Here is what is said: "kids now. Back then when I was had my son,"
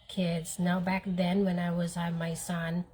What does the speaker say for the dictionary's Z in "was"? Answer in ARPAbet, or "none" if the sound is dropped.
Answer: Z